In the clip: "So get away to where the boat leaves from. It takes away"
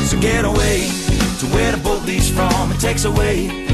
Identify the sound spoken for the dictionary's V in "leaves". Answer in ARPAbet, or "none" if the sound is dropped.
none